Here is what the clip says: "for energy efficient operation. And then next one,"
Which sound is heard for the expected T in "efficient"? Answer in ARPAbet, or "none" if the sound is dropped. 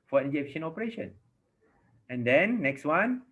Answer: none